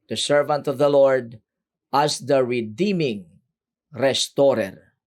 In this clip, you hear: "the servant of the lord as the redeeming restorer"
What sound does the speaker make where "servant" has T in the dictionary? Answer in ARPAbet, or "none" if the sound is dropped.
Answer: T